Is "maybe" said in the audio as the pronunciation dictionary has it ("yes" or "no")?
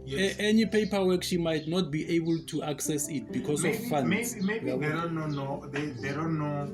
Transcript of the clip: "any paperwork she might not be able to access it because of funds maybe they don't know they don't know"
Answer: no